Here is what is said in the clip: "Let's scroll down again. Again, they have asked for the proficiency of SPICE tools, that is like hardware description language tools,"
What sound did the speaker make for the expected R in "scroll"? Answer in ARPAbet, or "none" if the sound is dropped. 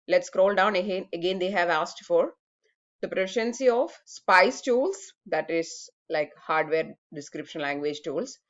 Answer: R